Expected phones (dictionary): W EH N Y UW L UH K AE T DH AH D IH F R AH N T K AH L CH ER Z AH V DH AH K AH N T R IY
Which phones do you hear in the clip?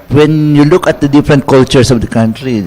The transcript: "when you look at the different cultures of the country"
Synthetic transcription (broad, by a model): W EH N Y UW L UH K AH T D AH D IH F R AH N T K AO L CH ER S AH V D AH K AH N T R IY